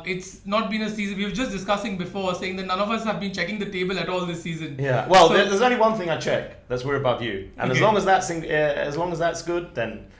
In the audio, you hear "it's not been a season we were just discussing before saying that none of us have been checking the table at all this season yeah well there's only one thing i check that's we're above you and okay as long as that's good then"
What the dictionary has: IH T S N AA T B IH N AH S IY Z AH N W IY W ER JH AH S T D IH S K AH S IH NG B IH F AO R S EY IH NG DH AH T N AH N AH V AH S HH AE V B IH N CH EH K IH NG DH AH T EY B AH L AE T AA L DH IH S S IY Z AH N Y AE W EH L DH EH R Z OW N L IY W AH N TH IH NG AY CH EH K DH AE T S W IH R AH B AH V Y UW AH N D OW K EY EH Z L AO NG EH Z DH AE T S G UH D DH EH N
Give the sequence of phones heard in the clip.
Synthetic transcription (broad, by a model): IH T S N AA T B IH N AH S IY Z AH N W IY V JH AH S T D IH S K AH S IH NG B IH F AO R S EY IH NG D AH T N AH N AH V AH S HH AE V B IH N CH EH K IH NG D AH T EY B AH L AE T AA L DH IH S S IY Z AH N Y AE W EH L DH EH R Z OW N L IY W AH N TH IH NG AY CH EH K DH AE T S W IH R AH B AH V Y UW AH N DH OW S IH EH Z L AO NG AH Z DH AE T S G UH D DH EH N